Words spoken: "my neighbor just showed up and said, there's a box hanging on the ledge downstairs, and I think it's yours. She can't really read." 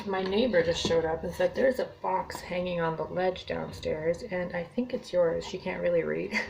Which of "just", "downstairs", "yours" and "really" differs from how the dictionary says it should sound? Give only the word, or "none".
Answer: none